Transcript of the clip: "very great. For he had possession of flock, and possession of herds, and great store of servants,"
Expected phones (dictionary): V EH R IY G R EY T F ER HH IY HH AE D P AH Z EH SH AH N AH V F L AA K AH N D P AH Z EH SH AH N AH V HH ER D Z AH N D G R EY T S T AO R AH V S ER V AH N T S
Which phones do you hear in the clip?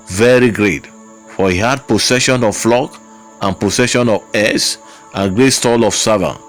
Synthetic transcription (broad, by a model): V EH R IY G R EY T F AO HH IY HH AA D P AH S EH SH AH N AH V F L AA K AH N P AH S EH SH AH N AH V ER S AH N G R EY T S T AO L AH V S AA V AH